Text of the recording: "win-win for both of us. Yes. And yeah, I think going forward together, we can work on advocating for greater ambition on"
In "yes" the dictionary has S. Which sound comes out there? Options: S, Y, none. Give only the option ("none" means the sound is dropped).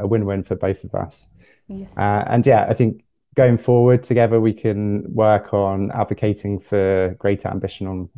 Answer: none